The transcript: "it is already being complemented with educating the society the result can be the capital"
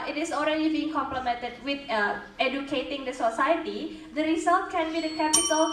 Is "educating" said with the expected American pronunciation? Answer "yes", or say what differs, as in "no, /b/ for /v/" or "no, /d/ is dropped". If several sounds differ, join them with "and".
yes